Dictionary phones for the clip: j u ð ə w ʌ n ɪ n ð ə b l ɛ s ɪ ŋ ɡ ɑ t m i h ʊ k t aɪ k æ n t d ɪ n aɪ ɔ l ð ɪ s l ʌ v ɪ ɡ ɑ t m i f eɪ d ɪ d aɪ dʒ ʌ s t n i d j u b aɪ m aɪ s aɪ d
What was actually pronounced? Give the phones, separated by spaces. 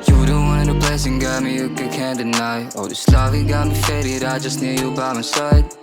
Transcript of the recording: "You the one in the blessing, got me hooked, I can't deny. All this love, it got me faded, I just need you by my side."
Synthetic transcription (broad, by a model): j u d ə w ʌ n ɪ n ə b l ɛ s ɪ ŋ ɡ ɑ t m i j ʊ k aɪ k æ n d ɪ n aɪ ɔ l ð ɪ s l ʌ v ɪ ɡ ɑ t m i f eɪ d ɪ d aɪ dʒ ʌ s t n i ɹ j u b aɪ m aɪ s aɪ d